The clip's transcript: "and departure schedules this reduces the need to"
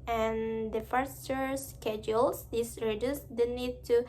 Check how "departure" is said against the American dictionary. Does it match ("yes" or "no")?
no